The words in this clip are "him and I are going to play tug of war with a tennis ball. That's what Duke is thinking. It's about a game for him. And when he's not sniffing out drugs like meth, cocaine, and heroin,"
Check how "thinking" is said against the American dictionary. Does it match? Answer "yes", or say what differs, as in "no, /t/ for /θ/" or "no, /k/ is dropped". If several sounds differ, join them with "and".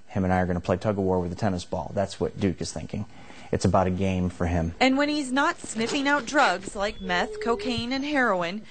yes